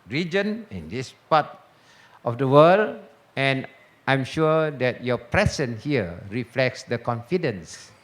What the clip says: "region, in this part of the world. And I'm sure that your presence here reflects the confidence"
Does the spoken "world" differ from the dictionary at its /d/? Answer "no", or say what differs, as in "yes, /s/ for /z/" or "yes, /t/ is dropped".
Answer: yes, /d/ is dropped